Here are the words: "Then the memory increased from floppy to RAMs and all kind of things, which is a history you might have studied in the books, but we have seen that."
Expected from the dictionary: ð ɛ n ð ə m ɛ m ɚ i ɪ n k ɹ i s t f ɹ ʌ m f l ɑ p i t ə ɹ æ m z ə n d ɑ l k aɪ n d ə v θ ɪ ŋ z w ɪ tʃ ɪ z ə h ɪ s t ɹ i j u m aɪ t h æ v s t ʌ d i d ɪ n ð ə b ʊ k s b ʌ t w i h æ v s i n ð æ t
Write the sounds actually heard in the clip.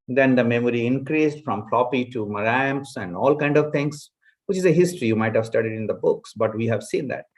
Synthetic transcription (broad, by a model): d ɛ n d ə m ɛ m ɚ i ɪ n k ɹ i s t f ɹ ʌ m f l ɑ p i t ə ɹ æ m s ə n d ɑ l k aɪ n d ə v t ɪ ŋ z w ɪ tʃ ɪ z ə h ɪ s t ɹ i j u m aɪ t h æ v s t ʌ d i d ɪ n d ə b ʊ k s b ʌ t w i h æ v s i n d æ t